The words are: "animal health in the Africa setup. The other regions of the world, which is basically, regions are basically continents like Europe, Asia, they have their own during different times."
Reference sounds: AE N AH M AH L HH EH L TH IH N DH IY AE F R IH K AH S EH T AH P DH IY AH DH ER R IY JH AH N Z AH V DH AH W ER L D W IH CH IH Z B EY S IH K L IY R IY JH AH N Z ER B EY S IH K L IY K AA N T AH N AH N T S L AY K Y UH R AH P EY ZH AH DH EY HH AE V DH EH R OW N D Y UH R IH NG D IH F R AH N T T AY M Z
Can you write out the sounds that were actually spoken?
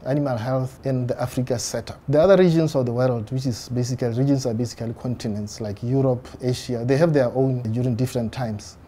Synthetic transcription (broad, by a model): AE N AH M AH L HH EH L TH IH N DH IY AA F R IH K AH S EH T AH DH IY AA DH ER R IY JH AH N S AH V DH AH W ER L D W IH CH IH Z B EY S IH K L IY R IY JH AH N S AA B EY S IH K L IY K AA N T AH N AH N T S L AY K Y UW R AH P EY SH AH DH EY HH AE V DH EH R OW N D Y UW R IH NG D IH F R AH N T T AY M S